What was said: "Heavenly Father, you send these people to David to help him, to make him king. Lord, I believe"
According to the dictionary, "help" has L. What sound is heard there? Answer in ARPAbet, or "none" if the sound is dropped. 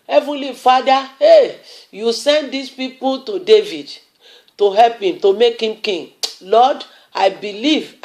L